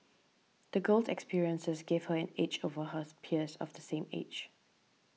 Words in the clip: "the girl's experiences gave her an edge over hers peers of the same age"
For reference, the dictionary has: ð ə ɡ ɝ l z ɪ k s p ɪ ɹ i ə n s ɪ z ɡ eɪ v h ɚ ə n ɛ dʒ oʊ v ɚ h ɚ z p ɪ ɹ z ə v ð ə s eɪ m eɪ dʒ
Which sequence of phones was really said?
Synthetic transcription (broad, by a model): ð ə ɡ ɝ l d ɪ k s p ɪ ɹ i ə n s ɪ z ɡ eɪ v h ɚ ə n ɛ tʃ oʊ v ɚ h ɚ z p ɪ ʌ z ə v ð ə s eɪ m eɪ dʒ